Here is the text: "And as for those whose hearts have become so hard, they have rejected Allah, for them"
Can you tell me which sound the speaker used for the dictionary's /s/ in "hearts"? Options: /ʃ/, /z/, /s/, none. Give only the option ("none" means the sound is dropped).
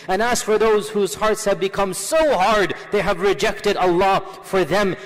/s/